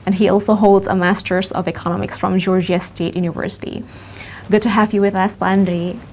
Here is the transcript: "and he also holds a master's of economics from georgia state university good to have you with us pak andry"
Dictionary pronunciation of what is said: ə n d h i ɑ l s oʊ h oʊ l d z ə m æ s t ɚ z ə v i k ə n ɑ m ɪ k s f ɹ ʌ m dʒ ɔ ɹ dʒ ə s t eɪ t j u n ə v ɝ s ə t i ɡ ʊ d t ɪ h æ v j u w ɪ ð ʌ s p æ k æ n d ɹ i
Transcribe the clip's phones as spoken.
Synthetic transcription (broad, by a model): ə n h i ɑ l s oʊ h oʊ l d z ə m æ s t ɚ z ə v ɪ k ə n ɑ m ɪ k s f ɹ ʌ m dʒ ɔ ɹ dʒ ə s t eɪ t j u n ə v ɝ s ə t i ɡ ʊ d t ɪ h æ v j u w ɪ ð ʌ s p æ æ n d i